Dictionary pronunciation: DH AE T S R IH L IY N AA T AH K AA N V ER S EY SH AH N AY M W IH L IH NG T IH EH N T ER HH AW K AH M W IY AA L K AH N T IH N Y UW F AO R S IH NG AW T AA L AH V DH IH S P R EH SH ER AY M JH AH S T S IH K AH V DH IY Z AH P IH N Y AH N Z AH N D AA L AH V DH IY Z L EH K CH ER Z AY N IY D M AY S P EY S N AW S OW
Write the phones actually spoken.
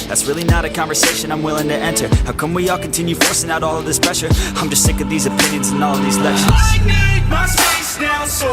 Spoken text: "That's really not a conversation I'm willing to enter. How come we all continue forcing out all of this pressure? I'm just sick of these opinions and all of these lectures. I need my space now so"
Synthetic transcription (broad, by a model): DH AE T S R IH L IY N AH T AH K AA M V ER S EY SH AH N AY M W IH L IH NG T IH EH N T ER HH AW K AH M W IY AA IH K N T IH N Y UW F AO R S IH NG AW T AA L AH V DH IH S P R EH SH ER AY M JH AH S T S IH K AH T DH IY Z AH P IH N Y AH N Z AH N AA L AH V DH IY Z L EH K SH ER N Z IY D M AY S EY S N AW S